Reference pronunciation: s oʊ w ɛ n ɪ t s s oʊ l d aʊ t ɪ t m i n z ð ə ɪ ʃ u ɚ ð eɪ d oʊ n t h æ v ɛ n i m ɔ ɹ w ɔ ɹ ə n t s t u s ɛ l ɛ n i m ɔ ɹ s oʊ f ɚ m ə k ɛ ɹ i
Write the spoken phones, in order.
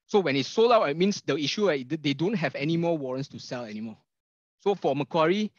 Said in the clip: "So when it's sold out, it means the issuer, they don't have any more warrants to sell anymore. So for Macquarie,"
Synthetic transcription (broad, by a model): s oʊ w ɛ n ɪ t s s oʊ l aʊ t ɪ t m i n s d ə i ʃ u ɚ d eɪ d oʊ n t h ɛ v ɛ n i m ɔ w ɔ ɹ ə n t s t u s ɛ l ɛ n i m ɔ s oʊ f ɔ m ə k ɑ ɹ i